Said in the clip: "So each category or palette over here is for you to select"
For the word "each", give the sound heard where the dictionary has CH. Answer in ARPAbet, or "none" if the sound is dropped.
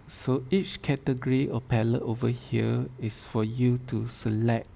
CH